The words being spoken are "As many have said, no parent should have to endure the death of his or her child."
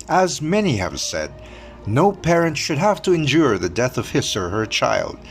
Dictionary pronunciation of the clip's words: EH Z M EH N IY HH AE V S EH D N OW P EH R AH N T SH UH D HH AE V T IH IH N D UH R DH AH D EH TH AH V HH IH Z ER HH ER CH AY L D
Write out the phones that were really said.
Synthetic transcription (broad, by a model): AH Z M EH N IY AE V S EH D N OW P EH R AH N T SH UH D HH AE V T IH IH N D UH R DH AH D EH TH AH V HH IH S ER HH ER CH AY L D